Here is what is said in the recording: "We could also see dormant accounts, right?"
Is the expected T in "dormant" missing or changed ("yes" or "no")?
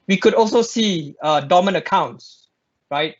yes